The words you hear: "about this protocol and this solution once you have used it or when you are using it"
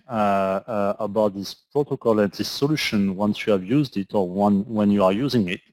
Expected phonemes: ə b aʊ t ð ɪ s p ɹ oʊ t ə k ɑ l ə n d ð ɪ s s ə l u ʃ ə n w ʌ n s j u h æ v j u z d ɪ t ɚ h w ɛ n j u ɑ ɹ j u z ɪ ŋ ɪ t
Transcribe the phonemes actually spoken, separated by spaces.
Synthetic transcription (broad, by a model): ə b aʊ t ð ɪ s p ɹ oʊ t ə k ɑ l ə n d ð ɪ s s ə l u ʃ ə n w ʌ n s j u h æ v j u z d ɪ t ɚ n w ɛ n j u ɑ ɹ j u z ɪ ŋ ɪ t